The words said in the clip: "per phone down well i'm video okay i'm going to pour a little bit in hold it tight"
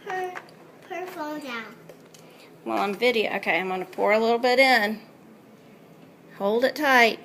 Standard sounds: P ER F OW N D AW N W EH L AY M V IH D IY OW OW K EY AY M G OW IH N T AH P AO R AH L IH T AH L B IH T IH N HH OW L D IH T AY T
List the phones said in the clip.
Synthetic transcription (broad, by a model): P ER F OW L D AW N W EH L AY M V IH D IY OW OW K EY AY M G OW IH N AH P AO R AH L IH T L B IH T IH N HH OW L D IH T AY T